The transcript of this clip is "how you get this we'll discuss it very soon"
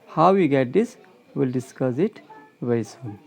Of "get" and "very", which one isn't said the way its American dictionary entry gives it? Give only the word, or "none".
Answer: very